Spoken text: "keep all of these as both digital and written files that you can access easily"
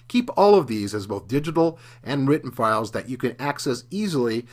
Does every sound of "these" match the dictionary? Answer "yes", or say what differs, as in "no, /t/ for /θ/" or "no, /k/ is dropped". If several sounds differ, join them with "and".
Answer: yes